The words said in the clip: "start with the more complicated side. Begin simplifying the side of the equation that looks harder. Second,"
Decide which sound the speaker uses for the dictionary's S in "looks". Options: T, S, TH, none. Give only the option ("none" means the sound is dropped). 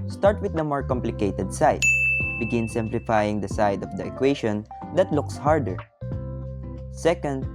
S